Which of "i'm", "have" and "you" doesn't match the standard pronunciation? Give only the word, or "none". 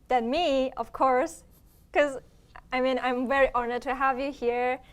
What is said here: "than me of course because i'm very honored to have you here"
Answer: none